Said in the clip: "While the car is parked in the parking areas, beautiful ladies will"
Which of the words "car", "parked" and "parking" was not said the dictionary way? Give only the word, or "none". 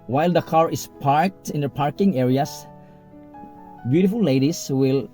none